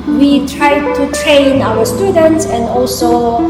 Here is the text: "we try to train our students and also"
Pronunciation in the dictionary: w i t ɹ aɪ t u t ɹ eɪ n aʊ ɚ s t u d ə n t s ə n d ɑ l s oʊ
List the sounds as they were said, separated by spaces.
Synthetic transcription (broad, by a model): w i t ɹ aɪ t u t ɹ eɪ n aʊ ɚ s t u d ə n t s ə n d ɑ l s oʊ